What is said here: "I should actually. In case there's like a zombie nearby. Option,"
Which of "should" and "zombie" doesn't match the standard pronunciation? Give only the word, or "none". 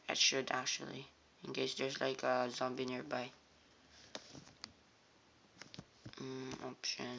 none